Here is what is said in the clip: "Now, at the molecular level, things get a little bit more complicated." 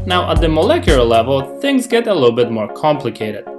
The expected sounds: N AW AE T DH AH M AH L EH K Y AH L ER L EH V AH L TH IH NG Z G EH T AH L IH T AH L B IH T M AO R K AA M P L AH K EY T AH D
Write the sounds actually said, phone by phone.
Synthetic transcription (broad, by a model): N AW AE T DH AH M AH L EH K Y L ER L EH V AH L TH IH NG Z G EH T AH L IH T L B IH T M AO R K AA M P L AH K EY T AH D